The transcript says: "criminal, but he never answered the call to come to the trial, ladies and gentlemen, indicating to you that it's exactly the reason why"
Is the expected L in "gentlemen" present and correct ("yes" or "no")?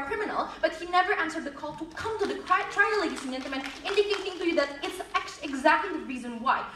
no